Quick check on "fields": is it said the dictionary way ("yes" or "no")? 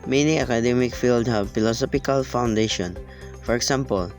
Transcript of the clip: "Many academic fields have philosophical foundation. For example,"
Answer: no